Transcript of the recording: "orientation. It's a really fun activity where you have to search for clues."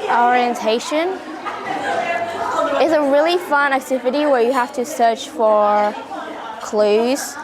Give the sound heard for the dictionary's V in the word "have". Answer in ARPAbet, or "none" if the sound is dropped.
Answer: F